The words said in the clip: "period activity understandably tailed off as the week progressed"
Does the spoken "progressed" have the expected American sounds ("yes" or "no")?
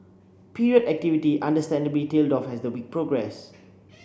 no